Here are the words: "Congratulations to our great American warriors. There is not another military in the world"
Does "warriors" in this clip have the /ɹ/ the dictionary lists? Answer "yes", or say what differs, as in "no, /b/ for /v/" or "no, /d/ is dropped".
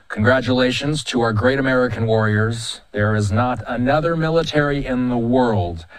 yes